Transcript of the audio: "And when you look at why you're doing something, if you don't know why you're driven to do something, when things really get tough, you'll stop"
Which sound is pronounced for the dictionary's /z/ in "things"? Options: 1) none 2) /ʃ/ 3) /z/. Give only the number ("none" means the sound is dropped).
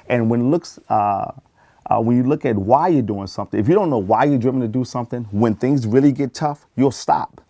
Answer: 3